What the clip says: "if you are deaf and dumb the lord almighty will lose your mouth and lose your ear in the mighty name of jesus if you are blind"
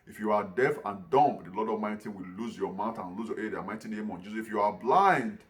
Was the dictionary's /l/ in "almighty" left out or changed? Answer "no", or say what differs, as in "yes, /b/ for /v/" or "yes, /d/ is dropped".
yes, /l/ is dropped